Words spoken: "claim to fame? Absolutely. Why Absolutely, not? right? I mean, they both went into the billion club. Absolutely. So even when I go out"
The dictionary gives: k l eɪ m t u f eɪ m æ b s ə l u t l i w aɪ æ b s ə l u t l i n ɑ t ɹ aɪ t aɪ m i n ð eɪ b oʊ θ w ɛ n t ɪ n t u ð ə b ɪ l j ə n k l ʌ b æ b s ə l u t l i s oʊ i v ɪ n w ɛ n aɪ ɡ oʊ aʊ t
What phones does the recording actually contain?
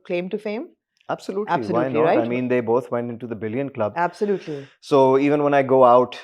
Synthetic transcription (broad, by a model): k l eɪ m t u f eɪ m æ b s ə l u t i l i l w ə ɪ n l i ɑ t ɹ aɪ aɪ m i n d eɪ b oʊ t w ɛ n t ɪ n t u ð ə b ɪ l j ə n k l ʌ b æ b s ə l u t l i s oʊ i v ɪ n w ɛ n aɪ ɡ oʊ aʊ t